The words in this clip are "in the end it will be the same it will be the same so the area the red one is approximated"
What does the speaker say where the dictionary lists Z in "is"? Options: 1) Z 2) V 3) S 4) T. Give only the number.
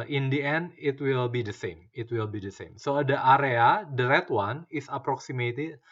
3